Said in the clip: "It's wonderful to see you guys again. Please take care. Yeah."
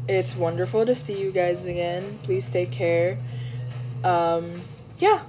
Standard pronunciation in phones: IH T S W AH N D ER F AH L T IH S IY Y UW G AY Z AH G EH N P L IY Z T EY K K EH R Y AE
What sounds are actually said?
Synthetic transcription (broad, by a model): IH T S W AH N D ER F L T IH S IY Y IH G AY Z AH G EH N P L IY Z T EY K K EH R Y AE